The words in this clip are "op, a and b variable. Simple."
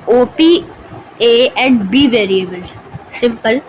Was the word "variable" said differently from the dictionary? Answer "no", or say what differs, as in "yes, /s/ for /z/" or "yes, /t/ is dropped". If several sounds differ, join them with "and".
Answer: no